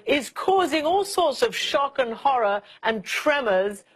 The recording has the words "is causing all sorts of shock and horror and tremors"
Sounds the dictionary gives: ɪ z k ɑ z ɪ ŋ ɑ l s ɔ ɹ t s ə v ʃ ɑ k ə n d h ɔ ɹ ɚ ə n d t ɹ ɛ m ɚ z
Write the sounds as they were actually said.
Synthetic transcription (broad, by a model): ɪ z k ɑ z ɪ ŋ ɑ l s ɔ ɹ t s ə v ʃ ɑ k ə n h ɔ ɹ ɚ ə n t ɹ ɛ m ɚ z